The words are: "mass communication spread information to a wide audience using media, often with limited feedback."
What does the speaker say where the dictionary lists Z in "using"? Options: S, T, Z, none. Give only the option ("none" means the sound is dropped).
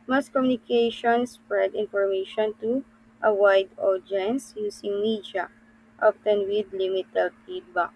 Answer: S